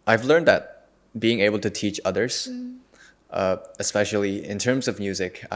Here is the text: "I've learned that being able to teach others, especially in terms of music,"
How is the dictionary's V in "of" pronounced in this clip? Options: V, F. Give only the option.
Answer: V